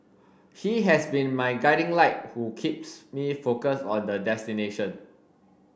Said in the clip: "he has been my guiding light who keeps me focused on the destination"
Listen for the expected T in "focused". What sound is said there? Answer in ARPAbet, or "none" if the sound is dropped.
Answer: none